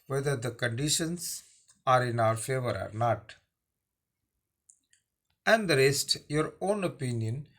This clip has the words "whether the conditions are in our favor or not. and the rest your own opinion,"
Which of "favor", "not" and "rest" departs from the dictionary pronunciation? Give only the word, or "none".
none